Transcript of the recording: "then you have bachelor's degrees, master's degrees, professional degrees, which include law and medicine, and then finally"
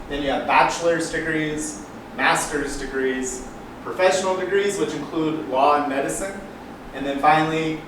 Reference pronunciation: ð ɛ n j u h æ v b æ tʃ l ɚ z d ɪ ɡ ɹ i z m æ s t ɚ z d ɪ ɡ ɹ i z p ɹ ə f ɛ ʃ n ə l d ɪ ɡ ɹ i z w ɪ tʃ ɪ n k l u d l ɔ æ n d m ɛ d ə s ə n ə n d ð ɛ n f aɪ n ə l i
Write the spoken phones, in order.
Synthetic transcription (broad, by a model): ð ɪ n j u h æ v b æ tʃ l ɚ z d ɪ ɡ ɹ i z m æ s t ɚ z d ɪ ɡ ɹ i z p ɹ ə f ɛ ʃ n l d ɪ ɡ ɹ i z w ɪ tʃ ɪ n k l u d l ɔ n m ɛ d ə s ə n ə n ð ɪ n f aɪ n l i